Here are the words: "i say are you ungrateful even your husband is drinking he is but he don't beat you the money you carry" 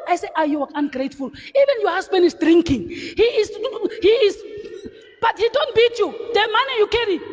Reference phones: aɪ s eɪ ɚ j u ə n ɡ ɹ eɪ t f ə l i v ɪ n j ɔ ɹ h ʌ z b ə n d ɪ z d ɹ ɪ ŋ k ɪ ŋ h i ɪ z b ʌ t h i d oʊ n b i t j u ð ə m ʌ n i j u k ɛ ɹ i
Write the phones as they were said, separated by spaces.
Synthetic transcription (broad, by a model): aɪ s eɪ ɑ j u ə n ɡ ɹ eɪ t f ə l i v ɪ n j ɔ h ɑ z b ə n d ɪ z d ɹ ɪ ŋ k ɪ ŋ h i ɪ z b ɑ t h i d oʊ n b i t j u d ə m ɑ n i j u k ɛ ɹ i